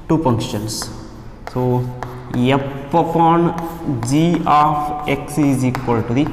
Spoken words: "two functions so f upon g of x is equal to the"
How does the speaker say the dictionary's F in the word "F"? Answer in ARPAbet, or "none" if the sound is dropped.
P